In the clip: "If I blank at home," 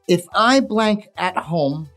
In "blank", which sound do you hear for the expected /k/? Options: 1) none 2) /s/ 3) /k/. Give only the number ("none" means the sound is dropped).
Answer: 3